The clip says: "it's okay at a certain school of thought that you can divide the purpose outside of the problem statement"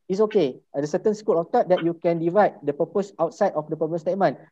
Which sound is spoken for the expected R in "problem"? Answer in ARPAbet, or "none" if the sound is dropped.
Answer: none